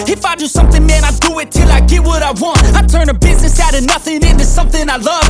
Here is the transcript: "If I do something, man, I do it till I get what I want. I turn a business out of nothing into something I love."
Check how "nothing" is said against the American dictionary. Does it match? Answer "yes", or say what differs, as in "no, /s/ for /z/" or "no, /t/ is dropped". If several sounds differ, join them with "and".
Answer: yes